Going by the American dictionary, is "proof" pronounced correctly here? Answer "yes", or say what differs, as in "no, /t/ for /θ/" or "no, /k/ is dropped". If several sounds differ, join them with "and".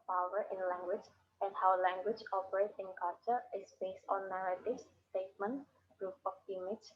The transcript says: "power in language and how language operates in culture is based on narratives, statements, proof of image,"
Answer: no, /p/ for /f/